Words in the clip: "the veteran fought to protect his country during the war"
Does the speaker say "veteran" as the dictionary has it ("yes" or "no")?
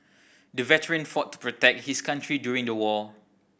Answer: yes